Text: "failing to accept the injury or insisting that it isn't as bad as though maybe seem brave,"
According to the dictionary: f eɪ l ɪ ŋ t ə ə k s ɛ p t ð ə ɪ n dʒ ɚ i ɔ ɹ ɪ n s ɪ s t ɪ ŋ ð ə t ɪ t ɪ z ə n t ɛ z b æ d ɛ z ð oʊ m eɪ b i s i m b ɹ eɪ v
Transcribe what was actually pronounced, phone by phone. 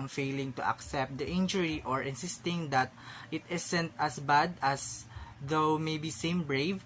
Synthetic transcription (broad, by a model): f eɪ l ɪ ŋ t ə ə k s ɛ p t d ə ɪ n dʒ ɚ i ɔ ɹ ɪ n s ɪ s t ɪ ŋ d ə t ɪ t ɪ s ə n t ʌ s b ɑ d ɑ s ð oʊ m eɪ b i s i m b ɹ eɪ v